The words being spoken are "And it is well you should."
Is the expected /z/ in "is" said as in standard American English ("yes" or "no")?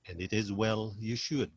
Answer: yes